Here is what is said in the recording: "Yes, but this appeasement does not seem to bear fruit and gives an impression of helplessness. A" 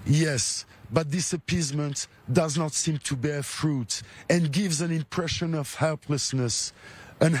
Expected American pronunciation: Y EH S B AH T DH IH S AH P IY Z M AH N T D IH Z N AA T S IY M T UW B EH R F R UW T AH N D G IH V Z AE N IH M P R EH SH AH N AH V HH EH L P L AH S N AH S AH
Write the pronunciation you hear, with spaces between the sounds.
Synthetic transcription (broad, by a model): Y EH S B AH T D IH S AH P IY Z M AH N T D IH Z N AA T S IY M T UW B EH R F R UW T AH N G IH V Z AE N IH M P R EH SH AH N AH V HH EH L P L AH S N AH S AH